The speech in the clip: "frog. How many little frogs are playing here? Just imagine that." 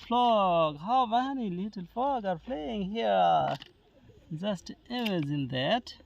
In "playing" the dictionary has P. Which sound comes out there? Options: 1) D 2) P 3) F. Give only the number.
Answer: 3